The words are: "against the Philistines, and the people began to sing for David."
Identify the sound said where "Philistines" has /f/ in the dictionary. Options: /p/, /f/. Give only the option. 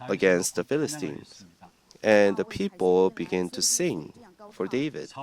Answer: /f/